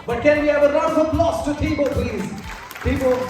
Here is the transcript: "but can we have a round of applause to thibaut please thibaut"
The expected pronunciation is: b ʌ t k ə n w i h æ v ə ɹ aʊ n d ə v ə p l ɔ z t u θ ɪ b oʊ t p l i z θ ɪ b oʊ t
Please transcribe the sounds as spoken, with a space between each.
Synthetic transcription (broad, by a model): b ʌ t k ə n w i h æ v ə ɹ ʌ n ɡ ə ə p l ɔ s t u t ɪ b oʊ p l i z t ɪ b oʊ